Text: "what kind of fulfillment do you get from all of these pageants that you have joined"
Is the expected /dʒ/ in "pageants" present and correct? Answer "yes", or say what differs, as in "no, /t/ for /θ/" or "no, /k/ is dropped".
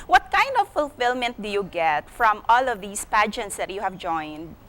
yes